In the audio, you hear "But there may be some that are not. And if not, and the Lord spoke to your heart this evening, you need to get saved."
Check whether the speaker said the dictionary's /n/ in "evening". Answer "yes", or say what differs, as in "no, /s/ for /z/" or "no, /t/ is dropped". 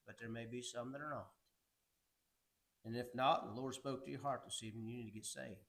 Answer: no, /n/ is dropped